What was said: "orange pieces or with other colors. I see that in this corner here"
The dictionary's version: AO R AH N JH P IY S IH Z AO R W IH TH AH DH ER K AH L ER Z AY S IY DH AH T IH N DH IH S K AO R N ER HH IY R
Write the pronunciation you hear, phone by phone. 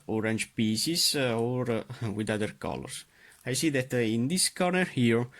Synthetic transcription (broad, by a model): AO R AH N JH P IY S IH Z AO R W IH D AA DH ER K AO L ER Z AY S IY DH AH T IH N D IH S K AO R N ER HH IY R